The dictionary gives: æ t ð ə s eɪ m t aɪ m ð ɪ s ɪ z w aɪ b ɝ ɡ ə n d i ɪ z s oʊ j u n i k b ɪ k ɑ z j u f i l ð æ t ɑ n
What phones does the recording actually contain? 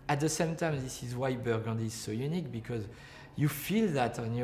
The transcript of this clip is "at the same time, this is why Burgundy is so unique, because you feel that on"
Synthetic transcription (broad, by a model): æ t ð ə s eɪ m t aɪ m ð ɪ s ɪ z w aɪ b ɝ ɡ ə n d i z s oʊ j u n i k b ɪ k ɑ z j u f i l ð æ t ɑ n